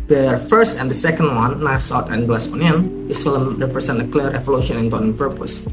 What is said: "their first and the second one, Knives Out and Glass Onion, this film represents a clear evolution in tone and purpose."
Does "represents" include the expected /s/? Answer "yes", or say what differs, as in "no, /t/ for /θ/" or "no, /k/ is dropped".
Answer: no, /s/ is dropped